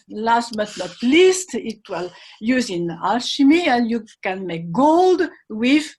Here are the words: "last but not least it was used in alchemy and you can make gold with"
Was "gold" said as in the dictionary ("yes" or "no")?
yes